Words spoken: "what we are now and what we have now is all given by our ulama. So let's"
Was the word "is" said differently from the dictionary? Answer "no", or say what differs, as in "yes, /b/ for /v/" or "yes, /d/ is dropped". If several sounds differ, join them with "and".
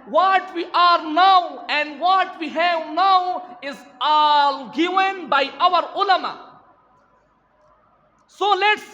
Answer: no